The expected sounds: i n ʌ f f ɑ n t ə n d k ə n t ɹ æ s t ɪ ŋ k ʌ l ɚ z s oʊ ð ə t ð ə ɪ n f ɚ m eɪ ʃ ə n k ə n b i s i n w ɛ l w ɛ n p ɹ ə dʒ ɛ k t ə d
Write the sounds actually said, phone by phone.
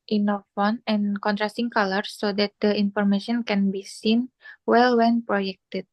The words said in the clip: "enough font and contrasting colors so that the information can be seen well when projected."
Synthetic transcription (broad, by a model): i n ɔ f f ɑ n ə n k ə n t ɹ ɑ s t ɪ ŋ k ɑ l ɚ s oʊ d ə t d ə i n f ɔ m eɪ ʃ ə n k ə n b i s i n w ɛ l w ɛ n p ɹ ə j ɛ k t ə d